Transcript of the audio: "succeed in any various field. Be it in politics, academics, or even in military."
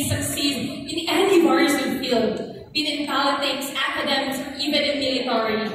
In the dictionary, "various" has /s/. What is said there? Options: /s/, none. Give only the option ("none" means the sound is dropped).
none